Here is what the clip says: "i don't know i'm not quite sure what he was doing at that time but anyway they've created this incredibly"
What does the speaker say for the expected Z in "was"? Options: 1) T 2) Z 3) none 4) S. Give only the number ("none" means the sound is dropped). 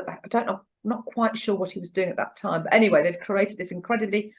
2